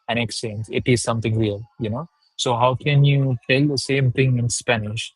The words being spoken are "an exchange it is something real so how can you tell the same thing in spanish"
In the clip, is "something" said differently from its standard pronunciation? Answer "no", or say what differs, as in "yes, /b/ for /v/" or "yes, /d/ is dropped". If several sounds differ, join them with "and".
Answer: yes, /t/ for /θ/